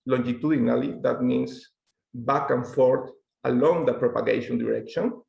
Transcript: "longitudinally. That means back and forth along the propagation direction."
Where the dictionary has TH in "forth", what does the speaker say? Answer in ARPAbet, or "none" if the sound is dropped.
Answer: T